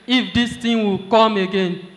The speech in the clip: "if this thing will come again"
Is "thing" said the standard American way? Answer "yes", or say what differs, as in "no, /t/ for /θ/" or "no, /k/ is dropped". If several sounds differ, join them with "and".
no, /t/ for /θ/